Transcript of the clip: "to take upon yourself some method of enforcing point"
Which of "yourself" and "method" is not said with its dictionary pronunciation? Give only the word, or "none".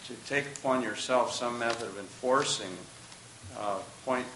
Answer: none